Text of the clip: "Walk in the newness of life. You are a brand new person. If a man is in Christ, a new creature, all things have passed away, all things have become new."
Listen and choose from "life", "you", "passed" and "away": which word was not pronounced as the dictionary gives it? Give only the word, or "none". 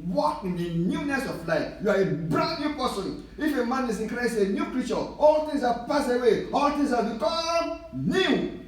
passed